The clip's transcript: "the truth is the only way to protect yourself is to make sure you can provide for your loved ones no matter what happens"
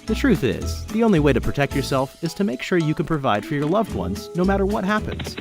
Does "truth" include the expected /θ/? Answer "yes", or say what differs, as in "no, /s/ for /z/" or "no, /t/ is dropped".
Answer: yes